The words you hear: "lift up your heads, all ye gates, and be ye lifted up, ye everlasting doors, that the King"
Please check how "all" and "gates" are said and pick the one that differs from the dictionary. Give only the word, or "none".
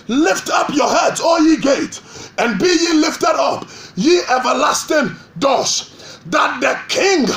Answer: gates